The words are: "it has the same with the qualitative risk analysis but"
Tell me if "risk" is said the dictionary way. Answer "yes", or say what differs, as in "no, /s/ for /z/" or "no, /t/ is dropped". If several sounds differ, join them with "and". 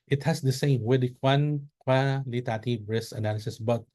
no, /k/ is dropped